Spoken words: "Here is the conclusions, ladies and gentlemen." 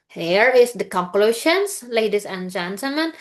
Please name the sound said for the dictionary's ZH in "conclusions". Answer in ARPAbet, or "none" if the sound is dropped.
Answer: SH